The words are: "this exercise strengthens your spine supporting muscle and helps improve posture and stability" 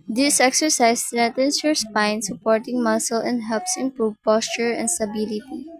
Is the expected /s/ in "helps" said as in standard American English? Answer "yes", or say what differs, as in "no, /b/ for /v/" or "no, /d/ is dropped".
yes